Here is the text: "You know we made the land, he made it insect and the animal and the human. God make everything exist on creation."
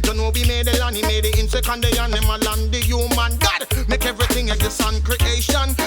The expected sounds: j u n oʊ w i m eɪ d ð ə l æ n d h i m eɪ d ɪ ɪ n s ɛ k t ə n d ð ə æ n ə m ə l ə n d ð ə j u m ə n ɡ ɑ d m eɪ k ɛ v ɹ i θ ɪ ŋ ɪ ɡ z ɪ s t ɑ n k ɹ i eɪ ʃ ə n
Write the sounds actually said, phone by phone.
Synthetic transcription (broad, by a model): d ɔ n oʊ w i m eɪ d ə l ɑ n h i m eɪ d ɪ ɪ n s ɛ k ə n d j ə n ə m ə l ə n d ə j u m ə n ɡ ɑ d m eɪ k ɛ v ɹ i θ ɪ ŋ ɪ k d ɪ s ɑ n k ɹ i eɪ ʃ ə n